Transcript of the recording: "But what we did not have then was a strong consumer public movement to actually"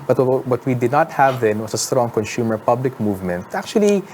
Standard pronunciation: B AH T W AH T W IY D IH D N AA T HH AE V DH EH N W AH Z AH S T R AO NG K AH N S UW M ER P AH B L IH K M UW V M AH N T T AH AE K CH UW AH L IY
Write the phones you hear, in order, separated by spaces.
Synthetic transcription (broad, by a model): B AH T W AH T W IY D IH D N AA T HH AE V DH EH N W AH S AH S T R AO NG K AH N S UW M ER P AH B L IH K M UW V M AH N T T AH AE K CH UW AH L IY